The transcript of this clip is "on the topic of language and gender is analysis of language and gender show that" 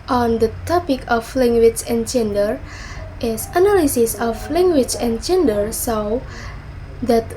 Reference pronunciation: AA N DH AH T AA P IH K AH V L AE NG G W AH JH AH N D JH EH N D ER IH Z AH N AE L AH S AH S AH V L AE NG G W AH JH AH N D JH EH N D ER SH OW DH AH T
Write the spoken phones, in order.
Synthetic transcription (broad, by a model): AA N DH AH T AA P IH K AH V L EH NG G W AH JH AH N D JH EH N D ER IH S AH N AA L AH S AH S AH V L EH NG G W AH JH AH N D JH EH N D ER S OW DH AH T